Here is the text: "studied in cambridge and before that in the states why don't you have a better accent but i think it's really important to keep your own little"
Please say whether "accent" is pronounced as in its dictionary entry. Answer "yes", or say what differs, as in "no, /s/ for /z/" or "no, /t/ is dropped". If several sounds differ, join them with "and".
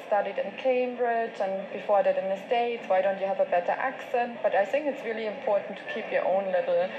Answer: yes